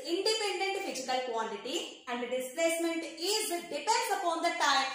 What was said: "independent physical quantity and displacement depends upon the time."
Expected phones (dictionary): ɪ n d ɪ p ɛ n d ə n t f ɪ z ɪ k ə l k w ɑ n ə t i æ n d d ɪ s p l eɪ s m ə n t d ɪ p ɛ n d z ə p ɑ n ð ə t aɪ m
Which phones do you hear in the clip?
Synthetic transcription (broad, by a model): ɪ n d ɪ p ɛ n d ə n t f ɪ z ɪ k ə l k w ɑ l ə t i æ n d d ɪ s p l eɪ s m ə n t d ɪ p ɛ d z ə p ɑ n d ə t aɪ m